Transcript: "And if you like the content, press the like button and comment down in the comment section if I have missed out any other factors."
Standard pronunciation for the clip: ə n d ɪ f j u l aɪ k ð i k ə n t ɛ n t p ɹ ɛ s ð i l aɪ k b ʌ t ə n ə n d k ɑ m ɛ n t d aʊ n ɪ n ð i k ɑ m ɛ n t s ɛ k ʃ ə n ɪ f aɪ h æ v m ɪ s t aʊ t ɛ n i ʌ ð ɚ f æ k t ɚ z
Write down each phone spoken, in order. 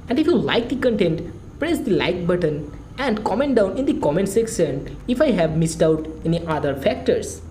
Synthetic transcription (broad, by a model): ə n d ɪ f j u l aɪ k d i k ə n t ɛ n t p ɹ ɛ s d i l aɪ k b ʌ t ə n ə n d k ɑ m ɛ n t d aʊ n ɪ n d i k ɑ m ɛ n t s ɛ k s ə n ɪ f aɪ h æ v m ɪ s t aʊ t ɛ n i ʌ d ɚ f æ k t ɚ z